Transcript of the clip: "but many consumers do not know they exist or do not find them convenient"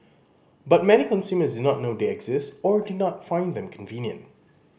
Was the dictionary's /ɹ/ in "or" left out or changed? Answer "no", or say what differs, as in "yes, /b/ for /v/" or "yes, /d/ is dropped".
no